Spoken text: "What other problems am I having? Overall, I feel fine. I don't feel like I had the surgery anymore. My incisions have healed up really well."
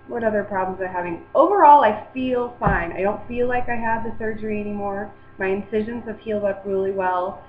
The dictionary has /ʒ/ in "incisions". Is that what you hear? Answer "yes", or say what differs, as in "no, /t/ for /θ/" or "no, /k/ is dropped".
yes